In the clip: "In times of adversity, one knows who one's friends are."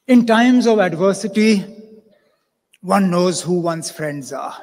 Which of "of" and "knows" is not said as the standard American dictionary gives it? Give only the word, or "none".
none